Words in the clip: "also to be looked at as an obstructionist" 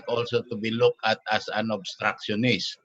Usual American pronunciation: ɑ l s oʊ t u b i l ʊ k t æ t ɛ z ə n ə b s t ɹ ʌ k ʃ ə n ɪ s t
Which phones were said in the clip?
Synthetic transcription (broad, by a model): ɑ l s oʊ t u b i l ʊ k æ t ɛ s ə n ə b s t ɹ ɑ k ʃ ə n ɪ s